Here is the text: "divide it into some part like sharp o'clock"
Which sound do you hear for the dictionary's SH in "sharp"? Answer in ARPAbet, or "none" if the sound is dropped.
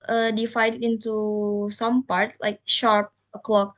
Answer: SH